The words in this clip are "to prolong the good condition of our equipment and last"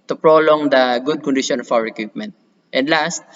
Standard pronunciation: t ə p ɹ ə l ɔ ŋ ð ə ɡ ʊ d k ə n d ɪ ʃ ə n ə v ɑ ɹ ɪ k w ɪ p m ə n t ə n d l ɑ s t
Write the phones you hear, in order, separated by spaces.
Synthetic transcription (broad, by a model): t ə p ɹ ə l ɔ ŋ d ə ɡ ʊ d k ə n d ɪ ʃ ə n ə f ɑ w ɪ k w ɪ p m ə n t ə n d l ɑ s t